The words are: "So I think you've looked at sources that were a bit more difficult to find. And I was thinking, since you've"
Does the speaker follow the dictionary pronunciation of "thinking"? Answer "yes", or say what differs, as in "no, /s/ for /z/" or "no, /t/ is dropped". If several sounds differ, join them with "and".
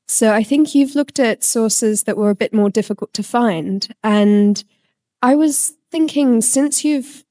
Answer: yes